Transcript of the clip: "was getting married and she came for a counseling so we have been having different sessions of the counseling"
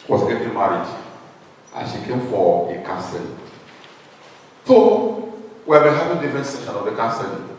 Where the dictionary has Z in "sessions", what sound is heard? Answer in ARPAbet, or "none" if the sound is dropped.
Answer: none